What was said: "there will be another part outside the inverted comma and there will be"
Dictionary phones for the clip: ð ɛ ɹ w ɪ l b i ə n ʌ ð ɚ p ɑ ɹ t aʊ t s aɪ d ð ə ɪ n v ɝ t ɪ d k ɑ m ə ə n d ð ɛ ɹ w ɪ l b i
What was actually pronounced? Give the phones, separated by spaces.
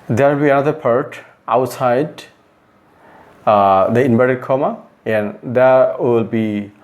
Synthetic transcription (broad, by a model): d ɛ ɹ w ɪ l b i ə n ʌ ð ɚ p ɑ ɹ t aʊ t s aɪ d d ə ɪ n b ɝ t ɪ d k ɑ m ə ə n d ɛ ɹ w ɪ l b i